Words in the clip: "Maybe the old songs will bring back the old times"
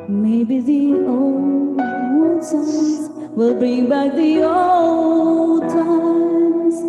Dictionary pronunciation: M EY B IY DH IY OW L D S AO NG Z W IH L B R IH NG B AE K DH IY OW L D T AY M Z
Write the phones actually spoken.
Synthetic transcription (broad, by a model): M EY B IY DH IY OW L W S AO Z W IH L B R IH NG B AE K DH IY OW L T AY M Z